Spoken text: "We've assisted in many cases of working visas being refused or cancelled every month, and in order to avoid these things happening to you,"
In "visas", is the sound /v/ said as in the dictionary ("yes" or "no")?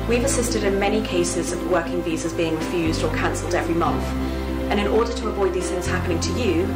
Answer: yes